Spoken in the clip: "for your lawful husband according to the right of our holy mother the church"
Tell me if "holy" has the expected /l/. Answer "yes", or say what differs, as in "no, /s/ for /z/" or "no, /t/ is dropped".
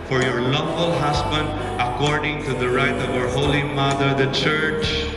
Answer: yes